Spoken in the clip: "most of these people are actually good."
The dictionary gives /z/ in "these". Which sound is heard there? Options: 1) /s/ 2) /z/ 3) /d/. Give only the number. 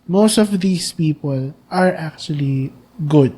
1